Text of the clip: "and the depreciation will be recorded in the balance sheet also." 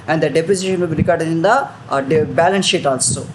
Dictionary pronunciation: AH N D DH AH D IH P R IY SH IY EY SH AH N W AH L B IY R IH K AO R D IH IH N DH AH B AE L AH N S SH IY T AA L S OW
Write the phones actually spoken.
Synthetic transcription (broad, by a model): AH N D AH D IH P AO S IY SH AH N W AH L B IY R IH K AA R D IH IH N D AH B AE L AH N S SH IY T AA L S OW